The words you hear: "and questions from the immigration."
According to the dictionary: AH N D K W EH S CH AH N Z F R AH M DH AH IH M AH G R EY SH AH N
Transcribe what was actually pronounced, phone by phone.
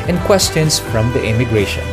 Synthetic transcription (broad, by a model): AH N K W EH S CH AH N S F R AH M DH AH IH M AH G R EY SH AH N